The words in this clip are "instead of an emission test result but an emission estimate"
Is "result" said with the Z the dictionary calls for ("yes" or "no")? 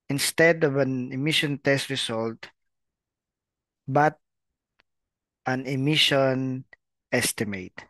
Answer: no